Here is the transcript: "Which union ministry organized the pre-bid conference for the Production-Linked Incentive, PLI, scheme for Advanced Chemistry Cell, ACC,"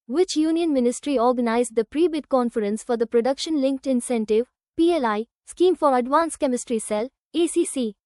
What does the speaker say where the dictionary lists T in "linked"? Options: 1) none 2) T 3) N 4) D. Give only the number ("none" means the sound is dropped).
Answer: 2